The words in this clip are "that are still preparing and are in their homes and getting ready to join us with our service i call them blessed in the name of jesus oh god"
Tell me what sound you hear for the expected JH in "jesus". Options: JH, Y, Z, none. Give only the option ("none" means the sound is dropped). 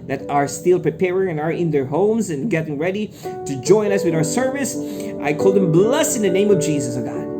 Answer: JH